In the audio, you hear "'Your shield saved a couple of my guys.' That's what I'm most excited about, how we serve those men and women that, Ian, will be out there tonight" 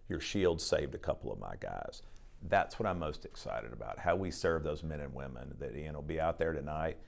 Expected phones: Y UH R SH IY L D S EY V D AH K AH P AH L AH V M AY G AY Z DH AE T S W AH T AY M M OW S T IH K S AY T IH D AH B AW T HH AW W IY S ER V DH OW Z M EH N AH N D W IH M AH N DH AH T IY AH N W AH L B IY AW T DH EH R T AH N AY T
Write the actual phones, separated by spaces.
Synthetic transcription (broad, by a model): Y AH R SH IY L D S EY V D AH K AH P L AH V M AY G AY Z DH AE T S W AH T AY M M OW S T IH K S AY T IH D AH B AW T HH AW W IY S ER V DH OW Z M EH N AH N W IH M AH N DH AH T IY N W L B IY AW T DH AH R T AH N AY T